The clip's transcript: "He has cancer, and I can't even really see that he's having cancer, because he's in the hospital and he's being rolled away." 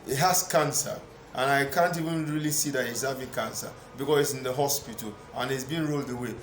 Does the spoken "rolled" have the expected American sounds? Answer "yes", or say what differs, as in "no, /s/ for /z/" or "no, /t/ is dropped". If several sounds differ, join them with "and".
yes